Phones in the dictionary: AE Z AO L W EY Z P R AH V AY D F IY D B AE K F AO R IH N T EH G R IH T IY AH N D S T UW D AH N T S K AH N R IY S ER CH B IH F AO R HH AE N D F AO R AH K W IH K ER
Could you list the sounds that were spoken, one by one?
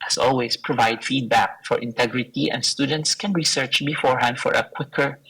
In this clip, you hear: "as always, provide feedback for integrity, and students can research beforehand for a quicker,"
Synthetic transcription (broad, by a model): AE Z AO L W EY S P R AH V AY D F IY D B AE K F AO R IH N T EH G R IH T IY AH N D S T UW D AH N T S K AH N R IY S ER CH B IH F AO R HH AE N D F AO R AH K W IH K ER